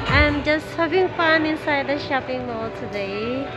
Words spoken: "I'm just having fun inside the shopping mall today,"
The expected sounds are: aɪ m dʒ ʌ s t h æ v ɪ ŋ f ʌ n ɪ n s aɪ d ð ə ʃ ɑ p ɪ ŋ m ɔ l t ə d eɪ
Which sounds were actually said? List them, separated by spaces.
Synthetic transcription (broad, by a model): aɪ m dʒ ʌ s t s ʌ b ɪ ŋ p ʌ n ɪ n s aɪ d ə ʃ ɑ p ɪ ŋ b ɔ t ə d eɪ